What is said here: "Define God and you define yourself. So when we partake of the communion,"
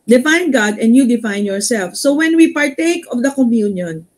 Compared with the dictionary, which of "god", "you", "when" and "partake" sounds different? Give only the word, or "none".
none